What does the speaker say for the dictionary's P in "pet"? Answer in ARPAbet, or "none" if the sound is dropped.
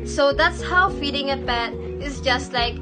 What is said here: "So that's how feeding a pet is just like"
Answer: B